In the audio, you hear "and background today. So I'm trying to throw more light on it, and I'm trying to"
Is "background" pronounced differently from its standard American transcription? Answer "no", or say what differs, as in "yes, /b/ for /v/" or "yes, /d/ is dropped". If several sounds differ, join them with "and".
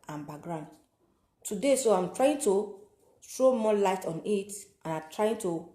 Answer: yes, /k/ is dropped